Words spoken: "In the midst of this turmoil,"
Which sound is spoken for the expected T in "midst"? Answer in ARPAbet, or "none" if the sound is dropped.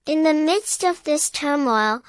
T